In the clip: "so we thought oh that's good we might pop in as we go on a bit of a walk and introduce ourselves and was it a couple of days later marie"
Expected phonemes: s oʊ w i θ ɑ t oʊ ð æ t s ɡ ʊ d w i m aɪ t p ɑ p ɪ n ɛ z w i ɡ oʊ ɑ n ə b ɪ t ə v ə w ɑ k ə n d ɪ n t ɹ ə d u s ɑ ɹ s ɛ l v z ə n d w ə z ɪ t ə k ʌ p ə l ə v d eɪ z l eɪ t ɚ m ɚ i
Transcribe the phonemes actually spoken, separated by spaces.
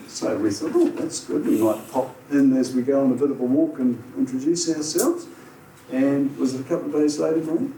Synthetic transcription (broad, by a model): s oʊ w i θ ɑ t oʊ ð æ t s ɡ ʊ d w i m aɪ t p ɑ p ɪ n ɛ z w i ɡ oʊ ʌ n ə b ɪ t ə b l w ɑ k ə n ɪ n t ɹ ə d u s ɑ ɹ s ɛ l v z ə n w ə z ɪ t ə k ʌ p l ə v d eɪ z l eɪ t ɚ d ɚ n